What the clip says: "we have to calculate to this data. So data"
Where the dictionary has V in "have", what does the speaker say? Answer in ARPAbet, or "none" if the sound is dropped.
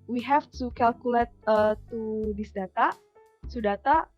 F